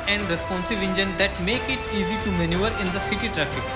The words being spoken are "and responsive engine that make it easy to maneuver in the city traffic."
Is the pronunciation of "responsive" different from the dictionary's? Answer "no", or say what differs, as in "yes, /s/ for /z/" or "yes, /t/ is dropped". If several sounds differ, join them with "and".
no